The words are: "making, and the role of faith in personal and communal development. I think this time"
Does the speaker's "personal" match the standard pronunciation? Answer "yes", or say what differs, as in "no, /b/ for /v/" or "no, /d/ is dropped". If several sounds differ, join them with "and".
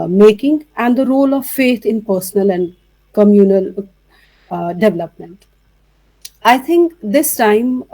yes